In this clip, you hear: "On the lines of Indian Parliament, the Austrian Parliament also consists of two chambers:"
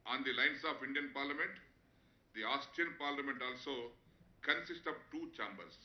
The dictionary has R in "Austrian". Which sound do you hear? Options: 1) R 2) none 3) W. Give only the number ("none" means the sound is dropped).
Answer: 2